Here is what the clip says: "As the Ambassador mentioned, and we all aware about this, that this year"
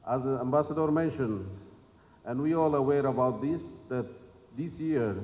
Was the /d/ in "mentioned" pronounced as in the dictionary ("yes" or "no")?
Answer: no